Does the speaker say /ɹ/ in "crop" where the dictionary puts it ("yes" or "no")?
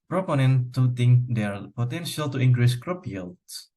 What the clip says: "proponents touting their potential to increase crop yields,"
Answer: yes